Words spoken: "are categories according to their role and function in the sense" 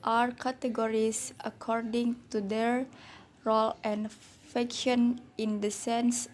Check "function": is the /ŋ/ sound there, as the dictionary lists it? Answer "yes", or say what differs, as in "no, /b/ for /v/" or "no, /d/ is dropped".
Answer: no, /ŋ/ is dropped